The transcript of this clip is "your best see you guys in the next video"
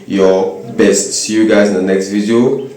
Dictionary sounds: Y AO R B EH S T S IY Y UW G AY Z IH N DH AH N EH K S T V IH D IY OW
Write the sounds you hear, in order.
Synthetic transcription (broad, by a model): Y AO B EH S T S IY Y UW G AY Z IH N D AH N EH K S T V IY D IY OW